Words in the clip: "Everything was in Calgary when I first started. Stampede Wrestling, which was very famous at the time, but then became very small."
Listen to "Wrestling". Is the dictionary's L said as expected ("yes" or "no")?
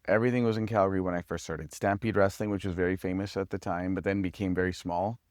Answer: yes